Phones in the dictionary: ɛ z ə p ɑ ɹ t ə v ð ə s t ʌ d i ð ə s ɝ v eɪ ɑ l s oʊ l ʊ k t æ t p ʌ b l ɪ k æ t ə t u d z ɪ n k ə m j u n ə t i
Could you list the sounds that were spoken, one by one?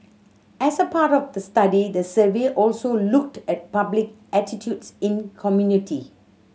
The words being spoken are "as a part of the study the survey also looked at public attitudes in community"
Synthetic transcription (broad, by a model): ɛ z ə p ɑ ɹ t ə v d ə s t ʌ d i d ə s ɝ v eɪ ɑ l s oʊ l ʊ k t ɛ t p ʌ b l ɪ k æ t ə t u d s ɪ n k ə m j u n ə t i